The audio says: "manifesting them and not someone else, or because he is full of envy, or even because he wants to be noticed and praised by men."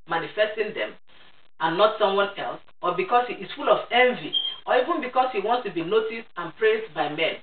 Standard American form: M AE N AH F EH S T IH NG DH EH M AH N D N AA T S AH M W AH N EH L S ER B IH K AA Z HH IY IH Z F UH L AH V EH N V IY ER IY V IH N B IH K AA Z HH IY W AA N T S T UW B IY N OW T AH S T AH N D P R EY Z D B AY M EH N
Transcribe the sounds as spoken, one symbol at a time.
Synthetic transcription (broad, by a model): M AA N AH F EH S T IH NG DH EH M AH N N AA T S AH M W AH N EH L S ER B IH K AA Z HH IY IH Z F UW L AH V EH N V IY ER IY V IH N B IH K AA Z HH IY W AA N T S T UW B IY N OW T AH S T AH N P R EY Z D B AY M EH N